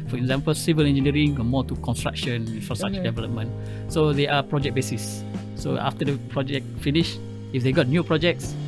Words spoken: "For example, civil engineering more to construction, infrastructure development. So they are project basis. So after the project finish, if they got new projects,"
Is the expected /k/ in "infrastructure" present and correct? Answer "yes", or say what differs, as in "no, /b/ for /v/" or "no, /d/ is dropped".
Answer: no, /k/ is dropped